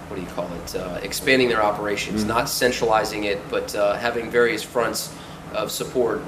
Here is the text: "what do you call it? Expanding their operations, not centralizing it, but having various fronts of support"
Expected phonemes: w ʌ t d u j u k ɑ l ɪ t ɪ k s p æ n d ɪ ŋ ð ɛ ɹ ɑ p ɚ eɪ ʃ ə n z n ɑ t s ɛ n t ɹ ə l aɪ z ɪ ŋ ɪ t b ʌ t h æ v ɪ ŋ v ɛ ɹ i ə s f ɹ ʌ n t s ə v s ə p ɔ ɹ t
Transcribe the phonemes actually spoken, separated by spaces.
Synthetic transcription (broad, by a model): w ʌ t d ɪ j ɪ k ɑ l ɪ t ɪ k s p æ n d ɪ ŋ ð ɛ ɹ ɑ p ɚ eɪ ʃ ə n z n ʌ t s ɛ n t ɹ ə l aɪ z ɪ ŋ ɪ t b ʌ t h æ v ɪ ŋ v ɛ ɹ i ə s f ɹ ʌ n t s ə v s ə p ɔ ɹ t